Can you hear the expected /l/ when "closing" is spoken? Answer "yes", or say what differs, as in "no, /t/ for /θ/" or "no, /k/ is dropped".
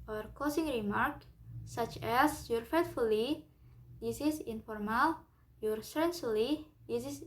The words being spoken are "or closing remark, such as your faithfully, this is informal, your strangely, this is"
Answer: no, /l/ is dropped